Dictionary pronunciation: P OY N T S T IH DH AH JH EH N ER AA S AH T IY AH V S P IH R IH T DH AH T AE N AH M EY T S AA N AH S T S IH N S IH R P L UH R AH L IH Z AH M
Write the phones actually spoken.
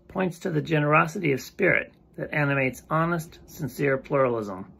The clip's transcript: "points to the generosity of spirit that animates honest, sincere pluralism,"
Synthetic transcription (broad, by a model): P OY N T S T IH DH AH JH EH N ER AA S AH T IY AH V S P IH R IH T DH AH T AE N AH M EY T S AA N AH S T S IH N S IH R P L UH R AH L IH Z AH M